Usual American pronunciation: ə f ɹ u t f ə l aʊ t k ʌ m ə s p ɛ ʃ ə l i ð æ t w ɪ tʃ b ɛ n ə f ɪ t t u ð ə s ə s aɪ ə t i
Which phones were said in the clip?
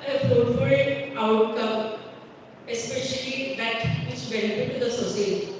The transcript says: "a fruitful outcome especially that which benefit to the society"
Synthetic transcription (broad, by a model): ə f ɔ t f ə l aʊ t k ʌ m ə s p ɛ ʃ ə l i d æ t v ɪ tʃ b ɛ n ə f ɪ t t u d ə s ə s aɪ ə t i